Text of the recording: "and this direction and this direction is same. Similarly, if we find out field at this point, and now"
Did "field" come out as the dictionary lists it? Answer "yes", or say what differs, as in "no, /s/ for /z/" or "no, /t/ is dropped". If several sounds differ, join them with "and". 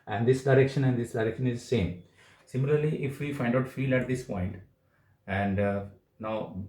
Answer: no, /d/ is dropped